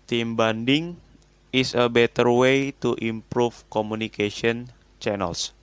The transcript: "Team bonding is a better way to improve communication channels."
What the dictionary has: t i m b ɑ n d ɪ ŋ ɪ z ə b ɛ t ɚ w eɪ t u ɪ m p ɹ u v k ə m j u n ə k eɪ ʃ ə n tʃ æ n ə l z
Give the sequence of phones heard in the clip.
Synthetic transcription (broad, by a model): t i m b ɑ n d ɪ ŋ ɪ s ə b ɛ t ɚ w eɪ t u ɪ m p ɹ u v k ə m u n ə k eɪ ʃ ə n tʃ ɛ n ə l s